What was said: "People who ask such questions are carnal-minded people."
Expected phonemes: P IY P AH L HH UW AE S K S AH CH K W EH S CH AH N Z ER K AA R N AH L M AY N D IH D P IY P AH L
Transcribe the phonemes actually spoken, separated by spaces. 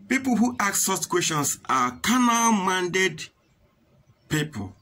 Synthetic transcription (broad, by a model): P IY P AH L HH UW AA K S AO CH K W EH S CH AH N S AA K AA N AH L M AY N D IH D P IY P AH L